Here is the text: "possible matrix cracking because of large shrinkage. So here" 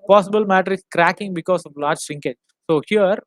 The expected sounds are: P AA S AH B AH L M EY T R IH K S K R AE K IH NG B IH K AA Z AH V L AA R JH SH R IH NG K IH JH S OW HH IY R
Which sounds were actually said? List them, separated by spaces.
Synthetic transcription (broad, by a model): P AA S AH B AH L M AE T R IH S K R AE K IH NG B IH K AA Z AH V L AA R JH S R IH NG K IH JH S OW HH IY R